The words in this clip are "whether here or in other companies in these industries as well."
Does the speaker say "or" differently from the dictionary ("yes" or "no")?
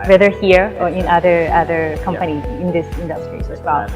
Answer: no